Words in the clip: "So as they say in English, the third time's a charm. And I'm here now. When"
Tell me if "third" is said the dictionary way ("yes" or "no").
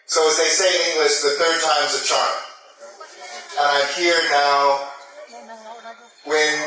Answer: yes